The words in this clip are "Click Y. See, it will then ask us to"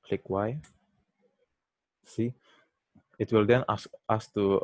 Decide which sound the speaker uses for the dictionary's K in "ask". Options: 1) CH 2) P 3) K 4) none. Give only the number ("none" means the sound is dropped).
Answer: 4